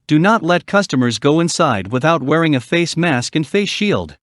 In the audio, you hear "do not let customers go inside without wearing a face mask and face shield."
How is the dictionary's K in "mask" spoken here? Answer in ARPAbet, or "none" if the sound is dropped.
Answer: K